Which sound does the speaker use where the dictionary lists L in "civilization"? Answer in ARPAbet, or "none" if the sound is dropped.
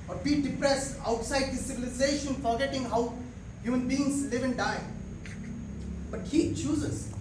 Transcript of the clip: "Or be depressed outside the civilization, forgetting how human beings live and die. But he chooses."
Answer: L